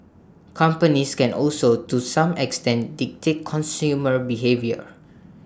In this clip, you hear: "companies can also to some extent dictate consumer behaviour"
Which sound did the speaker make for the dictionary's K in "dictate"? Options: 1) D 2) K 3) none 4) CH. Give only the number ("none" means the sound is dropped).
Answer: 2